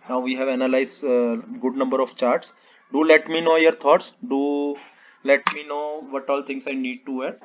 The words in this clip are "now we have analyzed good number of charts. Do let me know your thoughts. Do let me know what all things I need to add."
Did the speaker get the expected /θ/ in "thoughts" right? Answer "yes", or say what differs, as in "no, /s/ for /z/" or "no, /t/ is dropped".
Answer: no, /t/ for /θ/